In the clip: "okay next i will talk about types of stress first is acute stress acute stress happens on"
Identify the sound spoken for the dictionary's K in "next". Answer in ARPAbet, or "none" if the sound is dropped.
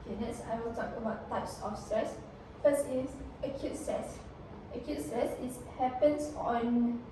none